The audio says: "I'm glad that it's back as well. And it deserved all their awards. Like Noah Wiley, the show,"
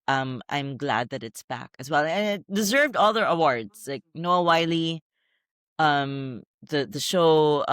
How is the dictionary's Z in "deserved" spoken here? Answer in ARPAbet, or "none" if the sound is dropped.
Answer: Z